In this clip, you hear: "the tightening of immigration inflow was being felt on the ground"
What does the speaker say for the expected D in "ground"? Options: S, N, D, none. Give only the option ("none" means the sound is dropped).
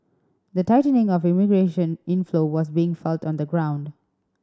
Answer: D